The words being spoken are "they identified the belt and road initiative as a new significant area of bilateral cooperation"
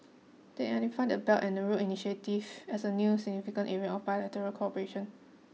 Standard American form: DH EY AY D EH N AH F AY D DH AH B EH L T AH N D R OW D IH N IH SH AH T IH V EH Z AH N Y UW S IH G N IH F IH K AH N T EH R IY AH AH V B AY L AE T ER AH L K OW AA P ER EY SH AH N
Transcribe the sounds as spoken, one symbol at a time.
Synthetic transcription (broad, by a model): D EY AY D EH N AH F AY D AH B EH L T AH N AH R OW IH N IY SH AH T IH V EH S AH N Y UW S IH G N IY F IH K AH N T EH R IY AH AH F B AY L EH T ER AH L K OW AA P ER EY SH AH N